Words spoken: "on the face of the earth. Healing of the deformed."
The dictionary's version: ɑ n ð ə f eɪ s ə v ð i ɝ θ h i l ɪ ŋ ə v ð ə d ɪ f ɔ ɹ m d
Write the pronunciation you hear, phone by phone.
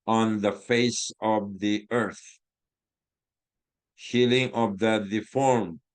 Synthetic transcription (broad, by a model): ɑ n ð ə f eɪ s ə v ð i ɝ θ h i l ɪ ŋ ə v ð ə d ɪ f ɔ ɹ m